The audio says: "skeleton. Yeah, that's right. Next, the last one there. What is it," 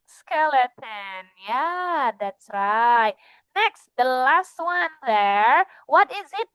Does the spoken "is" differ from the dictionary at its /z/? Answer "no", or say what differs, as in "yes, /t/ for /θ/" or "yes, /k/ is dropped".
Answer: no